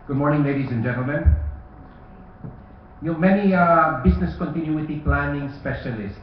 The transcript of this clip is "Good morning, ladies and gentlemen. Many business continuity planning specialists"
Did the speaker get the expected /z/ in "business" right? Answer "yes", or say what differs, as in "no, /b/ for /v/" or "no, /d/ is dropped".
no, /s/ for /z/